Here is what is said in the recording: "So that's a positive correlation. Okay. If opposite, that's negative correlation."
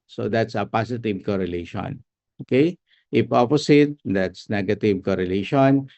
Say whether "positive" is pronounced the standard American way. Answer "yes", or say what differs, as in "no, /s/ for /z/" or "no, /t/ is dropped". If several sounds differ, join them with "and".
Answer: no, /s/ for /z/